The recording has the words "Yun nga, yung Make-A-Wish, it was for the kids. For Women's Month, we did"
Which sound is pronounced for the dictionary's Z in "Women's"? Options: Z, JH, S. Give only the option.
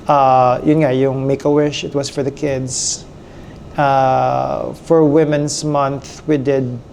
S